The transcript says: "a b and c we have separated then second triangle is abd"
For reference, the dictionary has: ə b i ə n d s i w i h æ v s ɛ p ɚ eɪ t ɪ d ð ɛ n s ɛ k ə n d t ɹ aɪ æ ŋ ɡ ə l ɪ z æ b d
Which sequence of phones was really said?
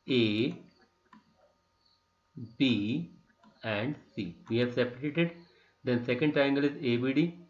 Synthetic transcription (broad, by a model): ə b i ə n d s i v i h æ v s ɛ p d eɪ t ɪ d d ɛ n s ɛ k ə n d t aɪ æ ŋ ɡ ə l ɪ z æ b d